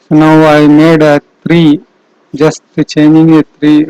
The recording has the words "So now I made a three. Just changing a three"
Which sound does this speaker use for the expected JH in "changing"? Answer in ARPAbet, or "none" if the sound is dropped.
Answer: none